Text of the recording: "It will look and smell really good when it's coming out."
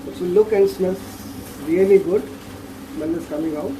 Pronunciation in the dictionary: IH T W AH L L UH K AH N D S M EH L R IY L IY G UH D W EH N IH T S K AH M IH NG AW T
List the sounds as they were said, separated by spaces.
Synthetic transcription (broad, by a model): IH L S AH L L UH K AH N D S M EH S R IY L IY G UH D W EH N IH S K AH M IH NG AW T